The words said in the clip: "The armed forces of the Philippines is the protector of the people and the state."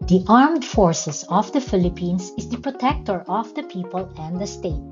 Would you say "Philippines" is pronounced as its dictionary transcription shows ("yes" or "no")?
no